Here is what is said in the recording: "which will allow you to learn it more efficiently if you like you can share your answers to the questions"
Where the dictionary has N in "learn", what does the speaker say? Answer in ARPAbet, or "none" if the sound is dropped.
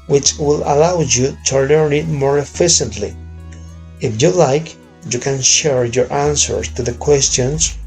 none